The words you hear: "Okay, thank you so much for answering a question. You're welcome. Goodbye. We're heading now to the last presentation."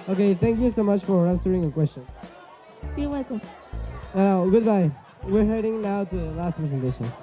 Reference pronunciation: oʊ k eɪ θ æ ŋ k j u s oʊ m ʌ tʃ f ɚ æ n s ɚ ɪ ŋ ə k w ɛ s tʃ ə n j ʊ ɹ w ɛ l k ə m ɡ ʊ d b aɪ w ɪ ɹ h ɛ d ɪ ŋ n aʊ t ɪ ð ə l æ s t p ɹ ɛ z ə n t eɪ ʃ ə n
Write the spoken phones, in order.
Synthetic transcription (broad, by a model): oʊ k eɪ θ æ ŋ k j u s oʊ m ʌ tʃ f ɚ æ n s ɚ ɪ ŋ ə k w ɛ s tʃ ə n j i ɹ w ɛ k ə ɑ ɡ ʊ d b aɪ w ɪ ɹ h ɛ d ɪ ŋ n aʊ t ɪ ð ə l æ s t p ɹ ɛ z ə n t eɪ ʃ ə n